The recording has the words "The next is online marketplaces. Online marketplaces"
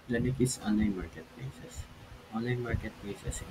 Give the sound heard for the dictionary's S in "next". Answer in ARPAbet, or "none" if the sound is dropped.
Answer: none